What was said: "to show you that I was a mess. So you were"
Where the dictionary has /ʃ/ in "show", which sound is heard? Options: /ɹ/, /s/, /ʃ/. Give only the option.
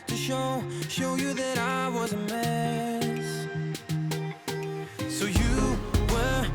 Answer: /ʃ/